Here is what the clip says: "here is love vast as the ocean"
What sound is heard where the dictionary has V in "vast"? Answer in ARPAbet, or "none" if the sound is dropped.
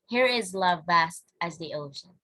V